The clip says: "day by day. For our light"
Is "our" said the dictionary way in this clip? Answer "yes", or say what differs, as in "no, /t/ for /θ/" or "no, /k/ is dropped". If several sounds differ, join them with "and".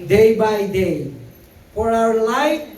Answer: no, /w/ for /ɹ/